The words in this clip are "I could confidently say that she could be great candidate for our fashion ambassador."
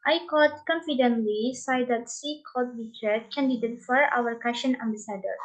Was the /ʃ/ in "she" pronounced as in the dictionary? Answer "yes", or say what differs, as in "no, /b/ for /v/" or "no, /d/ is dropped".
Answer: no, /s/ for /ʃ/